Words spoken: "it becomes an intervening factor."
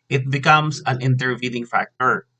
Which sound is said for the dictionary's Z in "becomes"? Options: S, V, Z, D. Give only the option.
S